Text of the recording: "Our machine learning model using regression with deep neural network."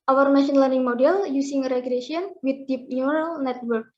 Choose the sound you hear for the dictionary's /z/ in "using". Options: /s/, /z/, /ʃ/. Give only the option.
/s/